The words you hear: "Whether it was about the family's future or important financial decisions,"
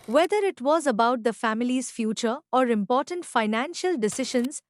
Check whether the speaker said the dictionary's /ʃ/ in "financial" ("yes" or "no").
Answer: yes